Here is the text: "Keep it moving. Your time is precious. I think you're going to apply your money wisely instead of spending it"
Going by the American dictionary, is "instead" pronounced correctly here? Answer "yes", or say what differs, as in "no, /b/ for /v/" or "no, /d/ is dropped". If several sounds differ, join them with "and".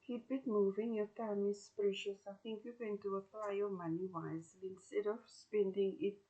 yes